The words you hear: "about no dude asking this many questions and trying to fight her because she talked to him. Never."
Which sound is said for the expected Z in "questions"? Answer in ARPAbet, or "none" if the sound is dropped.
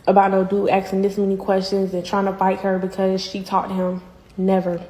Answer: Z